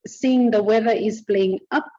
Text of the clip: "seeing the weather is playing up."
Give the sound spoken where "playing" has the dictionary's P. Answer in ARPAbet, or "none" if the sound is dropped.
B